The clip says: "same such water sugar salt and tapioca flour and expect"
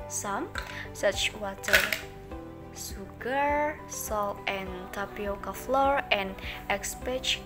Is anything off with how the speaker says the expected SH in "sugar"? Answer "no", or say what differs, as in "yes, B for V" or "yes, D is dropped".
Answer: yes, S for SH